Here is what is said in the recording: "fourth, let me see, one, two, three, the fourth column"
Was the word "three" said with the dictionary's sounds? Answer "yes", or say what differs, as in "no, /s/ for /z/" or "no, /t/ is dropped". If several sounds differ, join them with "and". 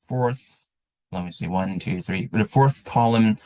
yes